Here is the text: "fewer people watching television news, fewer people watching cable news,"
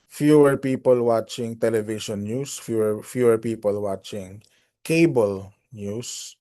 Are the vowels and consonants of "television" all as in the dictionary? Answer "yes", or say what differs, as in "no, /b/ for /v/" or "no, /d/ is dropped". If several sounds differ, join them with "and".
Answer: no, /ʃ/ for /ʒ/